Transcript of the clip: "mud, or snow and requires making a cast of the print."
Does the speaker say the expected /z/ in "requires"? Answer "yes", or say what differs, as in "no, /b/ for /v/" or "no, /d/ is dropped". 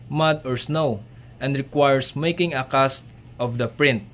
no, /s/ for /z/